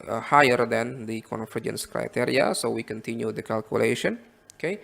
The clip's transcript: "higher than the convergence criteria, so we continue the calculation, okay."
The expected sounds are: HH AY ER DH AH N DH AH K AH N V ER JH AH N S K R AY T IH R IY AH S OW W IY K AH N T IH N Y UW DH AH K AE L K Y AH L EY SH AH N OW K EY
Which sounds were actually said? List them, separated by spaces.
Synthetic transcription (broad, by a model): HH AY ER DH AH N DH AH K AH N F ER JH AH N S K R AY T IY R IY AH S OW W IY K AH N T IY N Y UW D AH K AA L K Y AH L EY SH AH N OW K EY